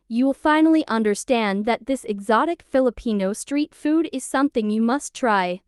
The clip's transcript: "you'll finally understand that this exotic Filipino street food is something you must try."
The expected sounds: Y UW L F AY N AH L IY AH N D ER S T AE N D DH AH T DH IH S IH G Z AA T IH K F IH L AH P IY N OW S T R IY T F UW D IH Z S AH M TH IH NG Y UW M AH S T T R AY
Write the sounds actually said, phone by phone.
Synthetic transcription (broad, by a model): Y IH L F AY N L IY AH N D ER S T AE N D DH AH T DH IH S IH G Z AA T IH K F IH L AH P IY N OW S T R IY T F UW D IH Z S AH M TH IH NG Y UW M AH S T T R AY